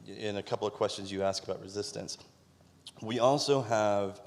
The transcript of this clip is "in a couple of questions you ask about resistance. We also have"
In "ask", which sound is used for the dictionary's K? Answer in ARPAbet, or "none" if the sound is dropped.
K